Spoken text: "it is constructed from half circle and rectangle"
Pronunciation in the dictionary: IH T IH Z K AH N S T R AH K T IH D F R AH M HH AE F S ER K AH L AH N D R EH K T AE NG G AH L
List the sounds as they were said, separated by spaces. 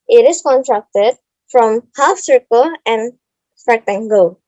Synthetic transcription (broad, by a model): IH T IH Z K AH N T R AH K T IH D F R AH M HH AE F S ER K AH L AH N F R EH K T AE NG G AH